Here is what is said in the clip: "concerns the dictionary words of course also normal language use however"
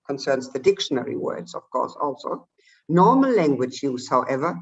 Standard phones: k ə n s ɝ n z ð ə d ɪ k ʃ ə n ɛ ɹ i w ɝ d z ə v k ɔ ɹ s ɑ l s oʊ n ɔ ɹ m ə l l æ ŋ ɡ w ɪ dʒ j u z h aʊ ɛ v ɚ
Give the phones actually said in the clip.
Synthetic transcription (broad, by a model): k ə n s ɝ n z ð ə d ɪ k ʃ ə n ɛ ɹ i w ɝ d z ə v k ɔ ɹ s ɑ l s oʊ n ɔ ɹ m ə l l æ ŋ ɡ w ɪ dʒ j u z h aʊ ɛ v ɚ